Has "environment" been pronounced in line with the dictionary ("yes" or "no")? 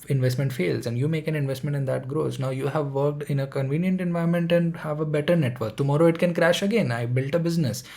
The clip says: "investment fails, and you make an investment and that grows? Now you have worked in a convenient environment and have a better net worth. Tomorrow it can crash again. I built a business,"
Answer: no